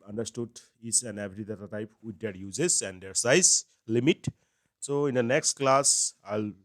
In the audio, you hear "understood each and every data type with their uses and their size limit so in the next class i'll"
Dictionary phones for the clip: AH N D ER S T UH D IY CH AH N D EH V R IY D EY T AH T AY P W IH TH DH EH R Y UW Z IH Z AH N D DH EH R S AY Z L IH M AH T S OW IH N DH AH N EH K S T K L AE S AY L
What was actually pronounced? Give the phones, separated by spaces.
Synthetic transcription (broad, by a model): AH N D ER S T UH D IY S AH N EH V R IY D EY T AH T AY P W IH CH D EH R Y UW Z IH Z AH N D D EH R S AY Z L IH M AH T S OW IH N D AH N EH K S T K L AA S AY L